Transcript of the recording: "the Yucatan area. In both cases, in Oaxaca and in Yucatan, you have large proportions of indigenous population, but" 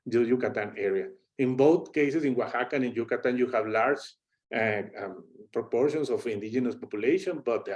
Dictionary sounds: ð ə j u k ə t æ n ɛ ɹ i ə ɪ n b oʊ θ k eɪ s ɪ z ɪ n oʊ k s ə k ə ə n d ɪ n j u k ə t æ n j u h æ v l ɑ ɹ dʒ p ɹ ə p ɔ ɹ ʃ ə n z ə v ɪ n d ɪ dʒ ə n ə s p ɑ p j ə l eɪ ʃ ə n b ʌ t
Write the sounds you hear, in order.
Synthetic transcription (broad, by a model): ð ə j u k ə t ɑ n ɛ ɹ i ə ɪ n b oʊ θ k eɪ s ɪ s ɪ n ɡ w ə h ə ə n ɪ n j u k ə t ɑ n j u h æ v l ɑ ɹ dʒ p ɹ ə p ɔ ɹ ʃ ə n s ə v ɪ n d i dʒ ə n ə s p ɑ p j ə l eɪ ʃ ə n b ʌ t